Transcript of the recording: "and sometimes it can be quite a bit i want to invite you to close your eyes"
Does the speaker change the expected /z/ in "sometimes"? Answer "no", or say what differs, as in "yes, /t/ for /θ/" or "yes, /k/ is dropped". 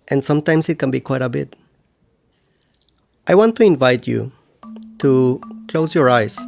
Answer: yes, /s/ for /z/